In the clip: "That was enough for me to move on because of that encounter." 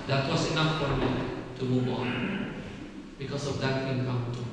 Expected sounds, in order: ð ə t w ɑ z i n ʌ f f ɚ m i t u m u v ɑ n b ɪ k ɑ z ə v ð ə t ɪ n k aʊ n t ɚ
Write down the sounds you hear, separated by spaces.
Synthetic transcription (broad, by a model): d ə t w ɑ s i n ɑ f f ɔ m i t u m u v ɑ n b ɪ k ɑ s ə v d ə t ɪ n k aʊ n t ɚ